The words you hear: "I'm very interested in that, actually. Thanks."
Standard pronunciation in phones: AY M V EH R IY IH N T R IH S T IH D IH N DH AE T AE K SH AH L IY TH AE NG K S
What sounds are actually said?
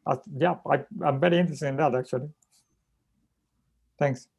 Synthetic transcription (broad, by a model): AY M V EH R IY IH N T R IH S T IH IH N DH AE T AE K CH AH L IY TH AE NG K S